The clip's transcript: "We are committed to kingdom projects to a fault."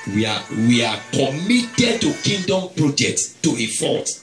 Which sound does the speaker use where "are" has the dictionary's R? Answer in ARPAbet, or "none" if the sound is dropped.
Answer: W